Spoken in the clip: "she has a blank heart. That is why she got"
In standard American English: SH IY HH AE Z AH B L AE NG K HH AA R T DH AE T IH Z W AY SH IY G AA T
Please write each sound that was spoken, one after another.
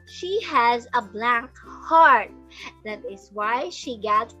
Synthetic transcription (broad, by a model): SH IY HH AE Z AH B L AE NG K HH AA R T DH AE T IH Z W AY SH IY G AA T